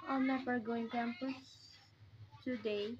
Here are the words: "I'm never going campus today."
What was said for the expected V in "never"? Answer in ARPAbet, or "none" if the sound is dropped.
F